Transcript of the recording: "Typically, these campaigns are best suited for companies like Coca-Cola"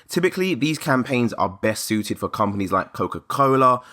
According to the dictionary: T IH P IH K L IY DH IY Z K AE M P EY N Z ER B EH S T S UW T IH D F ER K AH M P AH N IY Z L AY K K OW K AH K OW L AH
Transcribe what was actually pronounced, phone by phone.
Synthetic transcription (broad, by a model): T IH P IH K L IY DH IY Z K AE M P EY N Z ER B EH S T S UW T IH D F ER K AH M P AH N IY Z L AY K K OW K AH K OW L AH